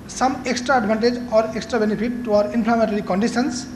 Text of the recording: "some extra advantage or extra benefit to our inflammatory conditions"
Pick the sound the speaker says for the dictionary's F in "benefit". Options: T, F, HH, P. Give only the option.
P